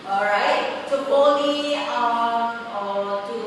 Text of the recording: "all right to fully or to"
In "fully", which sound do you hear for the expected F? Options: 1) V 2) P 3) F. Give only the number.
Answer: 2